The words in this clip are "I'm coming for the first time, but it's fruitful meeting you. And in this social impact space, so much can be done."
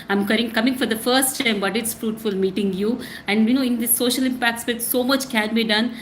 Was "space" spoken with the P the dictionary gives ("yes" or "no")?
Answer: no